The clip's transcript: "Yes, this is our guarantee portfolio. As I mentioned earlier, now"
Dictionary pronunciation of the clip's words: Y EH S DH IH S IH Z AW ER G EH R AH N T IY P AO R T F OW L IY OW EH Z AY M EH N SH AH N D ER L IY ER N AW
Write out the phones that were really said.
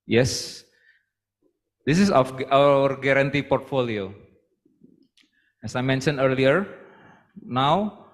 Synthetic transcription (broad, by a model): Y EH S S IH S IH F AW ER G EH R AH N T IY P AO R T F OW L IY OW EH S AY M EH N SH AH N ER L IY ER N AW